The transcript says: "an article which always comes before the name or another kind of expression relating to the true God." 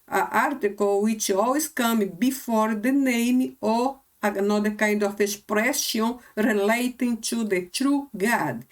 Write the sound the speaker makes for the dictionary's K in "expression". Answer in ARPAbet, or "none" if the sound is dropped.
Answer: none